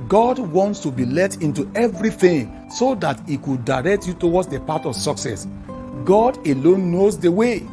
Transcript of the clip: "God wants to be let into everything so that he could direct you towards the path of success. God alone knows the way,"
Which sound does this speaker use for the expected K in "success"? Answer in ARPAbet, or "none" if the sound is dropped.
K